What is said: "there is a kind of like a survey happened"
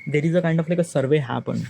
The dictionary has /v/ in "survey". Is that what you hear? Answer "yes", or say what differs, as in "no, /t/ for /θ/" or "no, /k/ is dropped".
yes